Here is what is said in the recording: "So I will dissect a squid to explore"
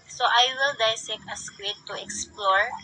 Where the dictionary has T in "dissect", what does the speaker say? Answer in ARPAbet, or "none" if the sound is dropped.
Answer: none